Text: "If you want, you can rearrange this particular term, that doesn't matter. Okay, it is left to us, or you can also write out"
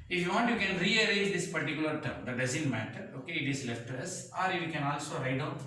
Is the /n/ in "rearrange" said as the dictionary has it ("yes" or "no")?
no